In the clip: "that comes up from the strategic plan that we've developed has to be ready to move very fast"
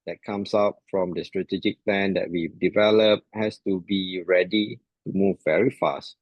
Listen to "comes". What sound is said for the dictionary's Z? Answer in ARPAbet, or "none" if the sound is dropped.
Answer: S